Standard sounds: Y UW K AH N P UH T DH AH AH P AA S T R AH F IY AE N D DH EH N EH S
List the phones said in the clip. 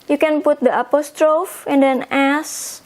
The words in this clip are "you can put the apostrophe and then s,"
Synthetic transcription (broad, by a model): Y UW K AH N P UH T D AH AH P AA S T R AH F IY N D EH N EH S